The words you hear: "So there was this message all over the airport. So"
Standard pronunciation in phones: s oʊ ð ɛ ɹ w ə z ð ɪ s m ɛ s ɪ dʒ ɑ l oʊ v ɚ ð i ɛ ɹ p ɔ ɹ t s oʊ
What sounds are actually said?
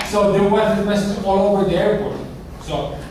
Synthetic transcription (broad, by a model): s oʊ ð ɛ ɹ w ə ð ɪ m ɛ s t ɑ l oʊ v ɚ ð i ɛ ɹ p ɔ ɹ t s oʊ